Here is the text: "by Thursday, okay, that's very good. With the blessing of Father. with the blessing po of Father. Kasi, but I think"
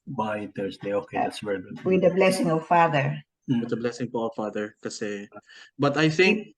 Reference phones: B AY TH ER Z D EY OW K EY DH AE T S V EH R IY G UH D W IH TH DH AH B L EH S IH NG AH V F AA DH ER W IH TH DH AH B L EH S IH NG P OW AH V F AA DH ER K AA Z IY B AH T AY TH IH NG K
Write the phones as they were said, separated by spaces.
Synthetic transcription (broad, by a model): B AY T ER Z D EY OW K EY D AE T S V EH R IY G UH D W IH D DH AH B L EH S IH NG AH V F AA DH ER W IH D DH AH B L EH S IH NG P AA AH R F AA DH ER K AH S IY B AH T AY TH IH NG K